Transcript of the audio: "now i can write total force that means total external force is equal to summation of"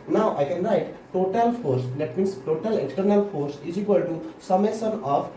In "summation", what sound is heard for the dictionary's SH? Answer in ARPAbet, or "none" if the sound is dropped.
S